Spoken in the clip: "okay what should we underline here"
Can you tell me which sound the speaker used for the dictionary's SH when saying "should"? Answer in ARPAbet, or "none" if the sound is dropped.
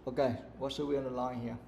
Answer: S